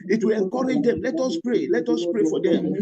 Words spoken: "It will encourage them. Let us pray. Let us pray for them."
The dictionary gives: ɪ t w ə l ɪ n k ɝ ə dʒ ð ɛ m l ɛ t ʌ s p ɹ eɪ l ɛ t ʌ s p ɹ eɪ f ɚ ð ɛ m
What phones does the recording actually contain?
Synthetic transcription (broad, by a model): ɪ t w ə l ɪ k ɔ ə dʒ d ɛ m l ɛ t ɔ s p ɹ eɪ l ɛ t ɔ s p ɹ eɪ f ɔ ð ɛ m